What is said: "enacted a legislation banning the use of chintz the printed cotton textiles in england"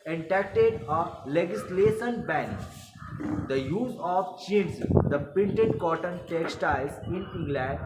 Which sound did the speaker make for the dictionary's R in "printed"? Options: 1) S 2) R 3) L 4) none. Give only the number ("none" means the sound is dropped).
4